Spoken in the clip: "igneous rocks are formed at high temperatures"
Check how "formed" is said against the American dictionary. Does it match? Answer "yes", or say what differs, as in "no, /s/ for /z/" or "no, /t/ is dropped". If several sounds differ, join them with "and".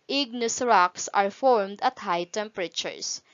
yes